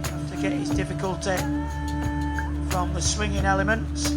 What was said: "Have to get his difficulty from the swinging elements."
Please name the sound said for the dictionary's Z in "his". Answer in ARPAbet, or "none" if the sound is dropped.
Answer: Z